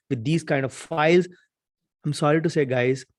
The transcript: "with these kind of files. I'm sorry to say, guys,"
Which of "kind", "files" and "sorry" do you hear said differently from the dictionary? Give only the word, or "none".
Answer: none